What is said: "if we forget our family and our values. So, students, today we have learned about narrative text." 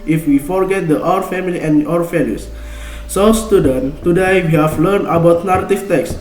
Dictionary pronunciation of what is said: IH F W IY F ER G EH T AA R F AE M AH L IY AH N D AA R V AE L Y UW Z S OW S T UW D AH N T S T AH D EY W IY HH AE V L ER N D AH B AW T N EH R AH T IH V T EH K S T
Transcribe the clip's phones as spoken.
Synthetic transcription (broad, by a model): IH F W IY F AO G EH T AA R F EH M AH L IY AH N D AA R F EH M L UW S S OW S T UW D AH N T T AH D EY W IY HH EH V L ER N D AH B AW T N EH R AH T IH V T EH K S